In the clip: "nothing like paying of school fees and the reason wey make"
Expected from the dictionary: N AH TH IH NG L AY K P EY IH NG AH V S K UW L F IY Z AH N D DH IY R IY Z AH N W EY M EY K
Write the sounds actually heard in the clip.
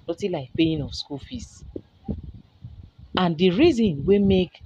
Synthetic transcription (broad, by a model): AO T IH L AY K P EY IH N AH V S K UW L F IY S AH N D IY R IY Z AH N W EY M EY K